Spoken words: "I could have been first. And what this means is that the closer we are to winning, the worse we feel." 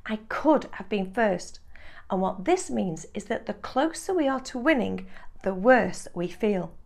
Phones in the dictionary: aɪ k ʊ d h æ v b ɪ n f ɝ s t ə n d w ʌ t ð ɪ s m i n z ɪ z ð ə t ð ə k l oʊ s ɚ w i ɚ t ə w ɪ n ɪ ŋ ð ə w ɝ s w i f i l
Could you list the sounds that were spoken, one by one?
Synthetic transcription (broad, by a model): aɪ k ʊ d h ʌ v b ɪ n f ɝ s t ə n w ʌ t ð ɪ s m i n z ɪ z ð ə t ð ə k l oʊ s ɚ w i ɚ t ə w ɪ n ɪ ŋ ð ə w ɝ s w i f i l